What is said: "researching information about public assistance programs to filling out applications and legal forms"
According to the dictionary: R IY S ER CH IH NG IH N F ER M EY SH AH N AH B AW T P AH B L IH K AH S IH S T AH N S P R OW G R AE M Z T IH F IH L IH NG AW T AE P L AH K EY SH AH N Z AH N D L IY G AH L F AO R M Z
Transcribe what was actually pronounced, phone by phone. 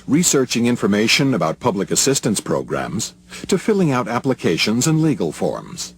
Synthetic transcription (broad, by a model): R IY S ER CH IH NG IH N F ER M EY SH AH N AH B AW T P AH B L IH K AH S IH S T AH N S P R OW G R AE M Z T IH F IH L IH NG AW T AE P L AH K EY SH AH N Z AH N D L IY G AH L F AO R M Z